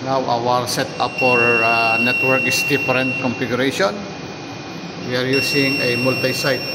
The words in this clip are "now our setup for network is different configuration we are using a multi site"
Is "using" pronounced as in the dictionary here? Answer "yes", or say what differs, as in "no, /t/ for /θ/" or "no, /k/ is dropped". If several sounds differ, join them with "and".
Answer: no, /s/ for /z/